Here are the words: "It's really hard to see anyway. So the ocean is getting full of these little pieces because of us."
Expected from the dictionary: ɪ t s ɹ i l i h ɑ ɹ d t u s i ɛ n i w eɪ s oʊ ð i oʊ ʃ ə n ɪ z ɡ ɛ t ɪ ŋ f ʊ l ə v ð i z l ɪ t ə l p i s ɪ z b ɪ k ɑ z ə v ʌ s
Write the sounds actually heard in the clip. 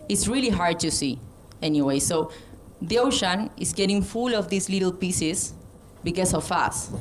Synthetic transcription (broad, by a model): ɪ t s ɹ i l i h ɑ ɹ d t u s i ɛ n i w eɪ s oʊ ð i oʊ ʃ ə n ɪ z ɡ ɛ t ɪ ŋ f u l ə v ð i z l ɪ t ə l p i s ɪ s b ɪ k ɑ s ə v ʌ s